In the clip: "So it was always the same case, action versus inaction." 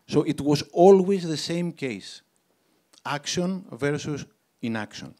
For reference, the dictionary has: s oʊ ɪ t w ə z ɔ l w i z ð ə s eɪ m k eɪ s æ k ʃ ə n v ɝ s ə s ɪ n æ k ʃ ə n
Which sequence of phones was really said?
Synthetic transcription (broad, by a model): s oʊ ɪ t w ə z ɔ l w i z ð ə s eɪ m k eɪ s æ k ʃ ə n v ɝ s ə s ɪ n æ k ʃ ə n